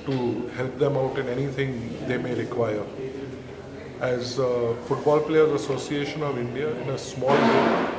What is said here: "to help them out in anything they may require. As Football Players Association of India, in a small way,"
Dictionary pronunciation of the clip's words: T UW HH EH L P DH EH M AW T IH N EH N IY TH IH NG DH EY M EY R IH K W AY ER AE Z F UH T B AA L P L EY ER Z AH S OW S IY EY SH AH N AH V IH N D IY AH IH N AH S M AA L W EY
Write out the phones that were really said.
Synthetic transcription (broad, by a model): T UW HH EH L P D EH M AW T IH N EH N IY T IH NG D EY M EY R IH K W AY ER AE Z F UH T B AA L P L EY ER Z AH S OW S IY EY SH AH N AH V IH N D IY AH IH N AH S M AA L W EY